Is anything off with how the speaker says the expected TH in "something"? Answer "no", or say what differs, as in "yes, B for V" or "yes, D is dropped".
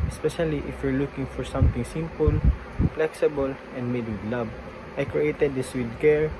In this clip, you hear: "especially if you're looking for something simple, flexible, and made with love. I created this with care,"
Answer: yes, T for TH